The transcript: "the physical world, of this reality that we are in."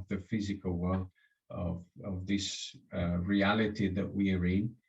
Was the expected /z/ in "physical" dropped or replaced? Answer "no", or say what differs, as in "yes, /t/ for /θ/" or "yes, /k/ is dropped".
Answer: no